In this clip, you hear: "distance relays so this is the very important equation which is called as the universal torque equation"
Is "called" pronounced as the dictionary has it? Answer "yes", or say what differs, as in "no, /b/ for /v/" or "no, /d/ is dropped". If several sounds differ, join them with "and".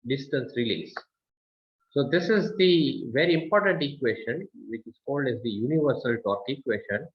yes